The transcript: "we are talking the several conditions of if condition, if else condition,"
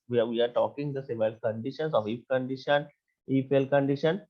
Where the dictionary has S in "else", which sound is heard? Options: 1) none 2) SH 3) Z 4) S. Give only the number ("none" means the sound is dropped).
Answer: 1